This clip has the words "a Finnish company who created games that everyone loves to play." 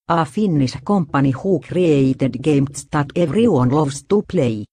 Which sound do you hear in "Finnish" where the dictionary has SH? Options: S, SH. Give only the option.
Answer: S